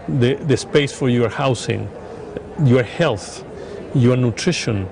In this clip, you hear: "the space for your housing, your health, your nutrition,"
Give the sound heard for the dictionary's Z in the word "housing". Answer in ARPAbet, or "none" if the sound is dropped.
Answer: S